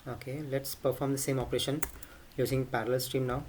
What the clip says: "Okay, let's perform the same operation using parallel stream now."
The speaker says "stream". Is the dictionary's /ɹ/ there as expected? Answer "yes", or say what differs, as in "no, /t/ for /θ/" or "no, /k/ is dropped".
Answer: yes